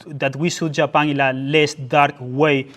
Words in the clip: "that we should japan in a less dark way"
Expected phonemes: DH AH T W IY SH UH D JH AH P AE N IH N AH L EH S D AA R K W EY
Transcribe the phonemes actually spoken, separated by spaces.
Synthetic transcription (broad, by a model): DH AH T W IY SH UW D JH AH P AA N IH L AH L EH S D AA R K W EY